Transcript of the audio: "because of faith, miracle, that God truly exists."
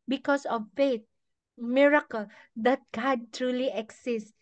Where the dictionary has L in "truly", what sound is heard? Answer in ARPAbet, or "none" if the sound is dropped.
L